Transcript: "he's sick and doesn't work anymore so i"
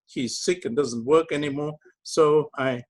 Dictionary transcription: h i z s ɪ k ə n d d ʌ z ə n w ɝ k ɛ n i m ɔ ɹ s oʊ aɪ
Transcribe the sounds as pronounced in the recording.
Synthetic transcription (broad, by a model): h i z s ɪ k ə n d d ʌ z ə n w ɝ k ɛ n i m ɔ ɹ s oʊ aɪ